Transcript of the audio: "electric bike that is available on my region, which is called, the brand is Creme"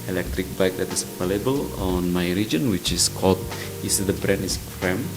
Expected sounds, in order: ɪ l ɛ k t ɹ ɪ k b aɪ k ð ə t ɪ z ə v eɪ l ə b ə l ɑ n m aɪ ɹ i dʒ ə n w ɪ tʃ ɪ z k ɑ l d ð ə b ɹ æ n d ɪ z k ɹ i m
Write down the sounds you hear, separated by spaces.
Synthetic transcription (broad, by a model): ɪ l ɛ k t ɹ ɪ k b aɪ k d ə t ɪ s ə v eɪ l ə b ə l ɑ n m aɪ ɹ i dʒ ə n w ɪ tʃ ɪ s k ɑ l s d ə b ɹ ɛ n ɪ s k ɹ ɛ m